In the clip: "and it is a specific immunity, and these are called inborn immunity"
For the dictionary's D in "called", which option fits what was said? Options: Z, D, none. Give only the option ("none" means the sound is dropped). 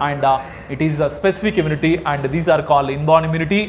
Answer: D